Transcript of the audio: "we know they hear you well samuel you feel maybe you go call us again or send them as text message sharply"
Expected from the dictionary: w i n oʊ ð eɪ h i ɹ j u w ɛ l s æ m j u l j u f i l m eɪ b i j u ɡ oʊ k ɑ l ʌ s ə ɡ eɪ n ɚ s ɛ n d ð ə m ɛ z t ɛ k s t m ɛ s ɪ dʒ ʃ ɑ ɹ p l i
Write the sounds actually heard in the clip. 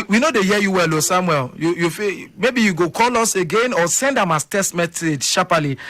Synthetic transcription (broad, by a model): w i n oʊ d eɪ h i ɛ j u w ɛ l s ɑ m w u l j u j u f m eɪ b i j u ɡ oʊ k ɑ l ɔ s ə ɡ eɪ n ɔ s ɛ n d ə m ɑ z t ɛ s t m ɛ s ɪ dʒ ʃ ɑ p l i